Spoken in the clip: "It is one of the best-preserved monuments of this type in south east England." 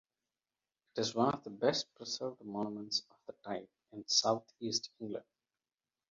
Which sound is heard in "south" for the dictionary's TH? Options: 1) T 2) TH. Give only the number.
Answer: 1